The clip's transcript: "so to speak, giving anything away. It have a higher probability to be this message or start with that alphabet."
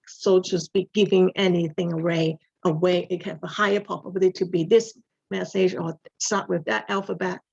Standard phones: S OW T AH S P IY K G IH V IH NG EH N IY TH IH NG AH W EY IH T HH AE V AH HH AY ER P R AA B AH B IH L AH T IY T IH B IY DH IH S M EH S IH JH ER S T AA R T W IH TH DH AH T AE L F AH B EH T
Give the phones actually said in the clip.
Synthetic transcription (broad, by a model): S OW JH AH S B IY G IH V IH NG EH N IY TH IH NG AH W EY IH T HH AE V AH HH AY ER P AA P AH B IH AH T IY T IH B IY DH IH S M EH S IH JH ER S T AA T W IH DH AH T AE L F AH B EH T